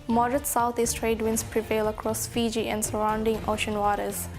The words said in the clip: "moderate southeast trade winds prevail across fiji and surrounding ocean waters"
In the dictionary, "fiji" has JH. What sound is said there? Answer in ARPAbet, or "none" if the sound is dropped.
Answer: JH